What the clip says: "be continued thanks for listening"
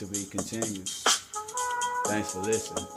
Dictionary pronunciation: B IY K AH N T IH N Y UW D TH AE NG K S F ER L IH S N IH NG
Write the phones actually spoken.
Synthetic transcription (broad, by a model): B IY K AH N T IH N Y UW D TH AE NG K S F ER L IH S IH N